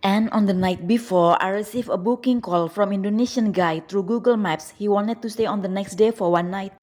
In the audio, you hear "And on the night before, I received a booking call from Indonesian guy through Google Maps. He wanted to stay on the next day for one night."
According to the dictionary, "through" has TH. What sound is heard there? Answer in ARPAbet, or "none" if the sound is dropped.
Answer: T